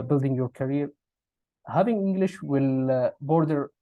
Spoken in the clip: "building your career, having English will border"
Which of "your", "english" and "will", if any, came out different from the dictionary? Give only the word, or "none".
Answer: none